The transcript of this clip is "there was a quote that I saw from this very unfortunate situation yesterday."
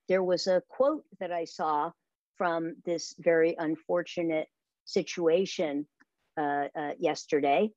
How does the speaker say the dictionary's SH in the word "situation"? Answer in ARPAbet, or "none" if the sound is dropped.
SH